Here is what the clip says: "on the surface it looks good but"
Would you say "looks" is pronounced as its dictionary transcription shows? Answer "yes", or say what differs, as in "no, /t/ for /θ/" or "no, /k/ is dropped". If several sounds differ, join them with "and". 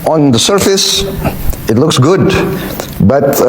yes